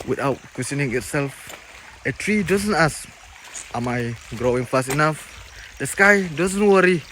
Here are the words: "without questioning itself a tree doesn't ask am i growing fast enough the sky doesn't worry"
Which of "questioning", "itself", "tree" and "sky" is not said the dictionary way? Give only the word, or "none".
questioning